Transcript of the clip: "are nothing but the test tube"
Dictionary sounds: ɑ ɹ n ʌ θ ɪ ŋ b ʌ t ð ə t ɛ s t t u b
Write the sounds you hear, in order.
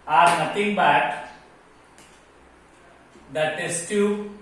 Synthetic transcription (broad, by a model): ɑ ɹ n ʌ t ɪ ŋ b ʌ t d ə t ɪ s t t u